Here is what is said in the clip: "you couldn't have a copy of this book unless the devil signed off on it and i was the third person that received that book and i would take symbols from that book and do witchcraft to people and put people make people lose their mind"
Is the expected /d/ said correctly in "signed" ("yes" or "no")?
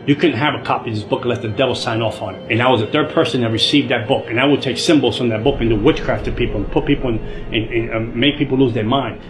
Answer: no